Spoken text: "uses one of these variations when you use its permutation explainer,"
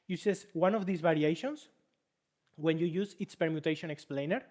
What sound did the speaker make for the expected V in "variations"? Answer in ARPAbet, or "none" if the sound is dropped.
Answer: B